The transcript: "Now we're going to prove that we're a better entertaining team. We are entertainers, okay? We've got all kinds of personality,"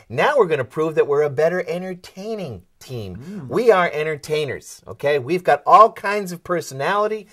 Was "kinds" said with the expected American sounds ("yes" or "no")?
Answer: yes